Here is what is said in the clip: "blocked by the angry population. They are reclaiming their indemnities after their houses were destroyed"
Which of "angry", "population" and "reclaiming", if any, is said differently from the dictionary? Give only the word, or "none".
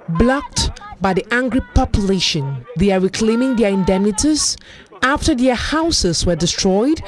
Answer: none